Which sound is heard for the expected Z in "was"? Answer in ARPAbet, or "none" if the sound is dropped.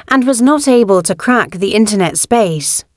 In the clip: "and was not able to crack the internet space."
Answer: Z